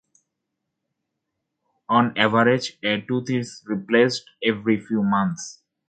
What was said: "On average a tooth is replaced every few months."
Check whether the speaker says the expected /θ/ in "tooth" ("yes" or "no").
no